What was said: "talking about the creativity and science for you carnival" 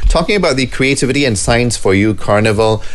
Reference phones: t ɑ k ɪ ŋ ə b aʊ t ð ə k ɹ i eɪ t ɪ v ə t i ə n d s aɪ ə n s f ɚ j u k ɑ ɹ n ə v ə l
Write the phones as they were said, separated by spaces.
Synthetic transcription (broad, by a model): t ɑ k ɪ ŋ ə b aʊ t ð ə k ɹ i eɪ t ɪ v ə t i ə n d s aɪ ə n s f ɚ j u k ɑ ɹ n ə v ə l